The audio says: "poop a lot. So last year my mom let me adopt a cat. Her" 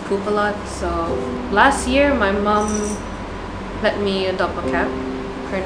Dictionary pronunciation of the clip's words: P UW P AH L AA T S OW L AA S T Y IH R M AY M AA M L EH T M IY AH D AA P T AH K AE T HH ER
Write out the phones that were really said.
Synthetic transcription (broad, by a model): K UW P AH L AA T S OW L AA S T Y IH R M AY M AA M L EH T M IY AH D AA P AH K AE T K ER